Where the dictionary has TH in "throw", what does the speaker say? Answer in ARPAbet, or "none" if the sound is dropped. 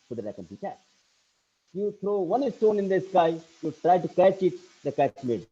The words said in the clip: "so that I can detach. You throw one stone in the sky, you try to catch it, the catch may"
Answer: T